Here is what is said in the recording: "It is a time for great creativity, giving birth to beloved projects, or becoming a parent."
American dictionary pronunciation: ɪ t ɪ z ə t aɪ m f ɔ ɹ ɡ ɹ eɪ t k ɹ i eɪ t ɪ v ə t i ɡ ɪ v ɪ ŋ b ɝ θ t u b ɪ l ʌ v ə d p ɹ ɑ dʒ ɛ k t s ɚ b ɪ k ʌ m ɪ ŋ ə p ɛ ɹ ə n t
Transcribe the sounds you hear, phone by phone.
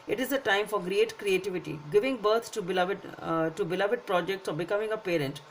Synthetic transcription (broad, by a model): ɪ t ɪ z ə t aɪ m f ɔ ɹ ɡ ɹ eɪ t k ɹ i eɪ t ɪ v ə t i ɡ ɪ v ɪ ŋ b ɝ t t u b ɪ l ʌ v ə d p ɹ ɑ dʒ ɛ k t s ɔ b ɪ k ʌ m ɪ ŋ ə p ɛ ɹ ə n t